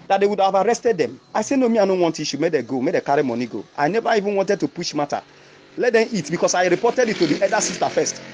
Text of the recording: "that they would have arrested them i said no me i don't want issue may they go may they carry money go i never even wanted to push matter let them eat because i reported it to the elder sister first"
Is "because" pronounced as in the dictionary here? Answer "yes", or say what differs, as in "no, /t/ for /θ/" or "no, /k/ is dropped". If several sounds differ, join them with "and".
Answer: no, /s/ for /z/